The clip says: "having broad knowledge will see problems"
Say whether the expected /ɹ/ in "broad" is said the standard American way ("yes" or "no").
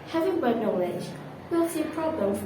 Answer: no